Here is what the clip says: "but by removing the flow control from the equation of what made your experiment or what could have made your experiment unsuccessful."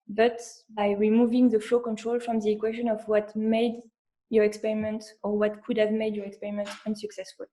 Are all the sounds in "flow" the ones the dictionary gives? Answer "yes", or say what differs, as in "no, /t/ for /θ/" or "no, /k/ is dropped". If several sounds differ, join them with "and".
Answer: yes